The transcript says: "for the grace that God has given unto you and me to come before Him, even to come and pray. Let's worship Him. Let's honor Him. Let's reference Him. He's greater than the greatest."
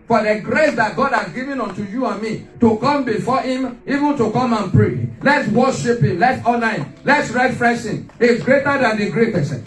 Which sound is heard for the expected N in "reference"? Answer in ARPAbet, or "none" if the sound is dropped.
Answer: none